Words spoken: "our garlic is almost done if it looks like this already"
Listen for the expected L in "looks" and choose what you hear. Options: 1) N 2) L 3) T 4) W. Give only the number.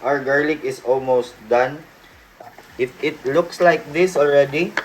2